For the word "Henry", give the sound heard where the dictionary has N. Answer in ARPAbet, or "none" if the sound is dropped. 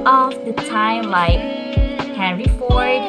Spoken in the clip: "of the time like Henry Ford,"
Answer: none